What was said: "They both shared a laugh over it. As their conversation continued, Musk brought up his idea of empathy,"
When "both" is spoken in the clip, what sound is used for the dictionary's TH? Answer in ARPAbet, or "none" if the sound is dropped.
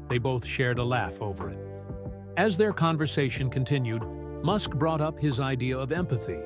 TH